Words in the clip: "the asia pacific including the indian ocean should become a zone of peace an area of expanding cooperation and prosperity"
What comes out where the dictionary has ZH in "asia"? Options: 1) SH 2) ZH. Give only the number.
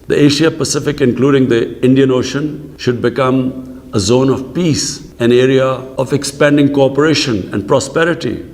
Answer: 1